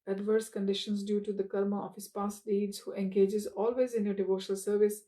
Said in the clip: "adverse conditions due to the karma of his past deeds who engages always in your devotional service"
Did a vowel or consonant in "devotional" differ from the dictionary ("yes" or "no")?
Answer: no